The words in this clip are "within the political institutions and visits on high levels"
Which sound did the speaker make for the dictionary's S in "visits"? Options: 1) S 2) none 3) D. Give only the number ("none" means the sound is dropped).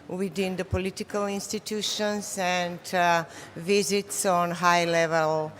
1